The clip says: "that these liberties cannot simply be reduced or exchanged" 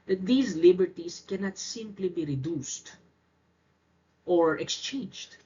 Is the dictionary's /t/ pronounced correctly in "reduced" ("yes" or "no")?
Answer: yes